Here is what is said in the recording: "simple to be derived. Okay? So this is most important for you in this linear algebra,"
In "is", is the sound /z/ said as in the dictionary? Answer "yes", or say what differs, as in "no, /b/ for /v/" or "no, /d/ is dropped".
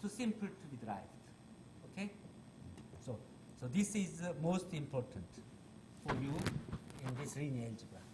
yes